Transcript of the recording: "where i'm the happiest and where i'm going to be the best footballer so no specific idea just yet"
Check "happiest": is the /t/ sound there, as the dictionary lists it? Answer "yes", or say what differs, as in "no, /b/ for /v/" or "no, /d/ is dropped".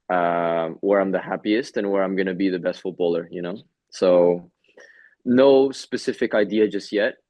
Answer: yes